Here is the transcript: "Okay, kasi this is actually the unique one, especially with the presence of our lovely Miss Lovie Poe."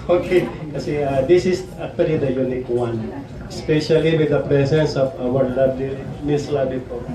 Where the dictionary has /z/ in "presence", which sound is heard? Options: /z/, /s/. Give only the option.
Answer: /s/